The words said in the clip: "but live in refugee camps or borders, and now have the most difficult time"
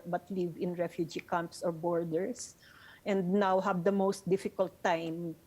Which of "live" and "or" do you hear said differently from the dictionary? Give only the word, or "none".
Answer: none